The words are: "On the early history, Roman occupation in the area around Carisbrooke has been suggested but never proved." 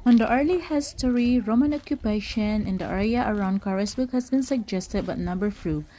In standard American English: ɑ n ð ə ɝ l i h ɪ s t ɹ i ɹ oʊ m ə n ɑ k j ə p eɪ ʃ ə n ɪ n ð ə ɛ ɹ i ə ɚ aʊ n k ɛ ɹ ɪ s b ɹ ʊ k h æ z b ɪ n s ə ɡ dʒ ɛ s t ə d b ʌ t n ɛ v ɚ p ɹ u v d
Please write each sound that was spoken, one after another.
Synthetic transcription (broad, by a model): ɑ n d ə ɝ l i h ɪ s t ɹ i ɹ oʊ m ə n ɑ k j ə p eɪ ʃ ə n ɪ n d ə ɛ ɹ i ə ɚ aʊ n k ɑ ɹ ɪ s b ʊ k h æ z b ɪ n s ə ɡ dʒ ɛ s t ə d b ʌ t n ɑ b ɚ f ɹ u